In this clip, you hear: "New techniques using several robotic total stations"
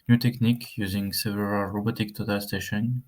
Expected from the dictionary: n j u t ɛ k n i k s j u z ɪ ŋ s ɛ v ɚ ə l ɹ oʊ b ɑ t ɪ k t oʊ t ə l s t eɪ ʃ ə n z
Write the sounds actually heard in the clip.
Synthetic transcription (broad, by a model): n j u t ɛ k n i k j u z ɪ ŋ s ɛ v ɚ ə l ɹ oʊ b ɑ t ɪ k t oʊ t ə l s t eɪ ʃ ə n